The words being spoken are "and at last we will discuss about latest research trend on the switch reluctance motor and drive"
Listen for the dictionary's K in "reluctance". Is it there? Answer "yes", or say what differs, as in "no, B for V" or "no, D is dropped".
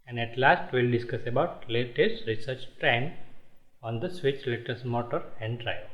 no, K is dropped